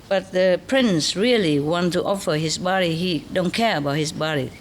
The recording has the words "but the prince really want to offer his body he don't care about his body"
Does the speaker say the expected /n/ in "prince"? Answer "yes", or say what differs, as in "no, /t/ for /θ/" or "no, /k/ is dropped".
yes